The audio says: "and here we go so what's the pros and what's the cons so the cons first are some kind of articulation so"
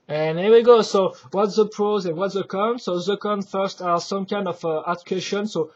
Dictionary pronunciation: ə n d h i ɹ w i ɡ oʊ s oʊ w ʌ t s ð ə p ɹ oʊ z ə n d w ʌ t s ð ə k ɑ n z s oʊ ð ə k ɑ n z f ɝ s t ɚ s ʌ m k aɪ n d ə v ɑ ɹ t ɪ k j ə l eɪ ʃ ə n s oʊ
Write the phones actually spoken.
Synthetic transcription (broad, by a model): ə n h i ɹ w i ɡ oʊ s oʊ w ʌ t s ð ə p ɹ oʊ z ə n w ʌ t s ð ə k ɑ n s oʊ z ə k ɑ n f ɝ s t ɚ s ʌ m k aɪ n d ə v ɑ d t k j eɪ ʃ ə n s oʊ